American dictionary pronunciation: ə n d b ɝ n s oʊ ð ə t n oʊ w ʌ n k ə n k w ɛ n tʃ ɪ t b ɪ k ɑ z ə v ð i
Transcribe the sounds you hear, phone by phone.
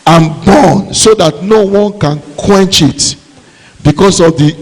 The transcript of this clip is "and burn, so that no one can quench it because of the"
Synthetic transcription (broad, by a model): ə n b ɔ n s oʊ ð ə t n oʊ w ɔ n k ə n k w ɛ n tʃ ɪ t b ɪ k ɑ s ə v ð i